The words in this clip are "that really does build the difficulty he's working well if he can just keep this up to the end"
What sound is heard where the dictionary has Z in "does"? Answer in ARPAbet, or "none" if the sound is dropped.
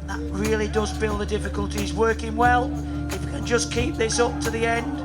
Z